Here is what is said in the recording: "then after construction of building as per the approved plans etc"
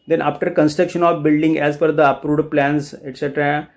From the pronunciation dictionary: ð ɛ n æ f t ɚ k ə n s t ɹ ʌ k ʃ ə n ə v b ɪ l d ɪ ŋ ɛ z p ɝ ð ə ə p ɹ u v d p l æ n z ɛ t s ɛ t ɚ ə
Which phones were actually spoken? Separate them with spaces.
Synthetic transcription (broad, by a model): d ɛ n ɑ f t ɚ k ə n s t ɹ ʌ k ʃ ə n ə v b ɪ l d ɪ ŋ ɛ z f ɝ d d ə p ɹ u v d p l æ n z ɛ t s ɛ t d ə